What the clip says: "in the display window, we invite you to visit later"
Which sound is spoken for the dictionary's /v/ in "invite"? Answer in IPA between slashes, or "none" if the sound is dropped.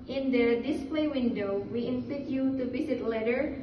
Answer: /f/